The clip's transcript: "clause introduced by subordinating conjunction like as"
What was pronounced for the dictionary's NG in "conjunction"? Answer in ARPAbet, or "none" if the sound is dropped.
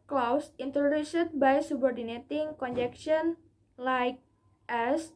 none